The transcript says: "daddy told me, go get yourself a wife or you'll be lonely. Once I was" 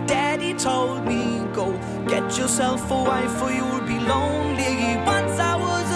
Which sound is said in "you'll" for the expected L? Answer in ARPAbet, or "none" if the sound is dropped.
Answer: W